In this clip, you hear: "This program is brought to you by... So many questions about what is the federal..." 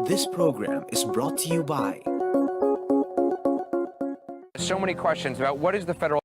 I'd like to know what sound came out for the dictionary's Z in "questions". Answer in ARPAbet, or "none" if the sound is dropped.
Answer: Z